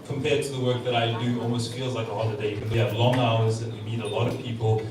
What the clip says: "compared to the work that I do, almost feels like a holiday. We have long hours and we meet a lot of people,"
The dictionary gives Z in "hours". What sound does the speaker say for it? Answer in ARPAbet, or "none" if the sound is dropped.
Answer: Z